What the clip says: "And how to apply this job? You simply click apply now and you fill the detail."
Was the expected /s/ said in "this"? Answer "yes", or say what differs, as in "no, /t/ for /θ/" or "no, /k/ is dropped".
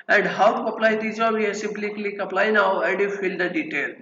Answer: no, /s/ is dropped